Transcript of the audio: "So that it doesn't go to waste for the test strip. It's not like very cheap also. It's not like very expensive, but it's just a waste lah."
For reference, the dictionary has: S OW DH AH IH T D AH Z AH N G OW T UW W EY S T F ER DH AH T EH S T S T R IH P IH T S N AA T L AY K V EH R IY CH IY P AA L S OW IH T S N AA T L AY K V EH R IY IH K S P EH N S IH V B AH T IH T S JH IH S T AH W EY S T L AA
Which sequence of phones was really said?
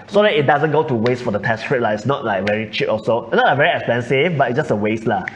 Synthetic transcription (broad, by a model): S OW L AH IH T D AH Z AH N G OW T UW W EY S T F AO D AH T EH S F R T L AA IH T S N AA T L AY K V EH R IY CH IY P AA S OW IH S N AA T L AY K V EH R IY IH K S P EH N S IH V B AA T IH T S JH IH S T AH W EY S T L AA